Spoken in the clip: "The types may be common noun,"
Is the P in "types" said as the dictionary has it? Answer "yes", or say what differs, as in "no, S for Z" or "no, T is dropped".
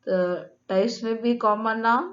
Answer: no, P is dropped